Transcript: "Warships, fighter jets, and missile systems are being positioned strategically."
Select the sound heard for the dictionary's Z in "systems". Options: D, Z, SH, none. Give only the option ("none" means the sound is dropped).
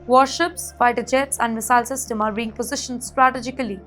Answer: none